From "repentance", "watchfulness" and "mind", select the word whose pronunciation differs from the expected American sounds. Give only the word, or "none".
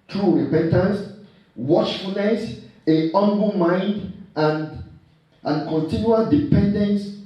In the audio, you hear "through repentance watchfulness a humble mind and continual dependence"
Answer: none